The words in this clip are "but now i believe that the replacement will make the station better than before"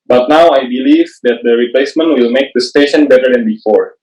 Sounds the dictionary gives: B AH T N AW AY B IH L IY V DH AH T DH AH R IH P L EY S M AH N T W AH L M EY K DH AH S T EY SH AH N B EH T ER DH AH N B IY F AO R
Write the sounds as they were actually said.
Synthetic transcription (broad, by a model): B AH T N AW AY B IH L IY V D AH T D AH R IH P L EY S M AH N T W AH L M EY K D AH S T EY SH AH N B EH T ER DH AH N B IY F AO R